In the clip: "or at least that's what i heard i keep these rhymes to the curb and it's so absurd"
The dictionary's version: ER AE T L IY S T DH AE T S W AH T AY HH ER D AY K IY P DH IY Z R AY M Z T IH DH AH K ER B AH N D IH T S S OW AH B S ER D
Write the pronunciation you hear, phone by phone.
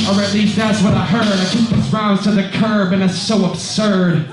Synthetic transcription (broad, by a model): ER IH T L IY S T DH AE T S W AH T AY HH ER D AY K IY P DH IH S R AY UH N T IH DH AH K ER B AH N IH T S S OW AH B S ER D